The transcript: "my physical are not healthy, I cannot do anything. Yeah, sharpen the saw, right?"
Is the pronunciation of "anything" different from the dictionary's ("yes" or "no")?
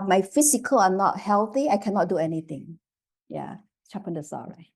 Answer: yes